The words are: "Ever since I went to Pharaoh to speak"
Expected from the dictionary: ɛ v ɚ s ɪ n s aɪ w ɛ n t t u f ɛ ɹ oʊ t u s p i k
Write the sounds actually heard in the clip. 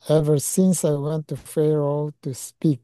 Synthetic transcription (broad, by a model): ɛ v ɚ s ɪ n s aɪ w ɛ n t t u f ɛ ɹ oʊ t u s p i k